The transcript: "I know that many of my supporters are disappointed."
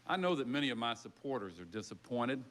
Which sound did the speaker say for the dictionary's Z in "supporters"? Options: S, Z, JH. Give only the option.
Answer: Z